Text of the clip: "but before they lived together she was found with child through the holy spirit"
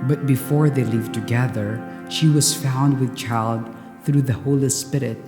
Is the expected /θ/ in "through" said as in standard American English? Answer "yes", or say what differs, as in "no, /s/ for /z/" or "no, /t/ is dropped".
yes